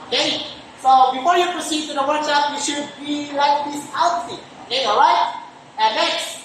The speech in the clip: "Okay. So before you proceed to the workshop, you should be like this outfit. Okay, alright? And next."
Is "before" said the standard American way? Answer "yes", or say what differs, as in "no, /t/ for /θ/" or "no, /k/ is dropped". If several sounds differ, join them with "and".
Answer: yes